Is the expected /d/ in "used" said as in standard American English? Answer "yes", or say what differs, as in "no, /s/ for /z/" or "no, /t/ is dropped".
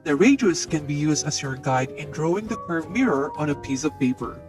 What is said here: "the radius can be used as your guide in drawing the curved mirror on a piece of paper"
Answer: yes